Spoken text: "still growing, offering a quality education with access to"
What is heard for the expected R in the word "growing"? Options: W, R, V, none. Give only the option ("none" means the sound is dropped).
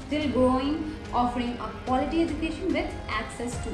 none